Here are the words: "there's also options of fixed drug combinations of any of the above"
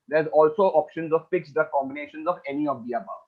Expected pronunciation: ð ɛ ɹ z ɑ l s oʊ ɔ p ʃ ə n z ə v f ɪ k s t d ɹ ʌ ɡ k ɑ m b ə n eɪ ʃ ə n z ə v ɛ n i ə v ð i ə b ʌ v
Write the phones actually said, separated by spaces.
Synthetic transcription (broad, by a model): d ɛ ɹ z ɑ l s oʊ ɔ p ʃ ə n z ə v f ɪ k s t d ʌ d k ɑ m b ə n eɪ ʃ ə n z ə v ɛ n i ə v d i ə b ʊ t